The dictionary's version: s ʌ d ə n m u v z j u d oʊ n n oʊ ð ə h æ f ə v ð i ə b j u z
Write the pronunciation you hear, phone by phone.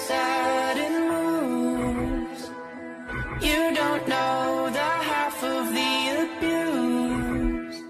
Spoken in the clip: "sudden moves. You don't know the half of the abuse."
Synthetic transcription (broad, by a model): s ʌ d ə n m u z j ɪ d oʊ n n oʊ ð ə h æ f ə v ð i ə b j u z